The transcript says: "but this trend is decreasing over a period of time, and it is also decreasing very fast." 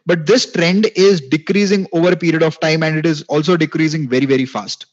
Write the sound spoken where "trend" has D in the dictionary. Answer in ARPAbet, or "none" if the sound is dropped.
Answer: D